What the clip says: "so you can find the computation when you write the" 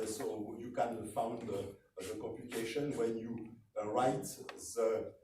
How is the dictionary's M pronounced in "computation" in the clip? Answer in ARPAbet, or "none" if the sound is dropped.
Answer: none